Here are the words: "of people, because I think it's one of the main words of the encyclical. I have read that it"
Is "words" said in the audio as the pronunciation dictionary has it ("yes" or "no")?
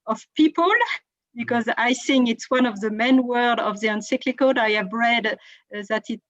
no